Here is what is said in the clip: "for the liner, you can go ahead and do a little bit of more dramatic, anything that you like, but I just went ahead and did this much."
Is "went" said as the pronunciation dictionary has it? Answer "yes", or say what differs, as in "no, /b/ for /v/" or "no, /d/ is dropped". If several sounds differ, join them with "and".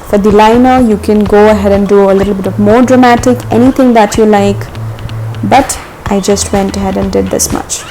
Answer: yes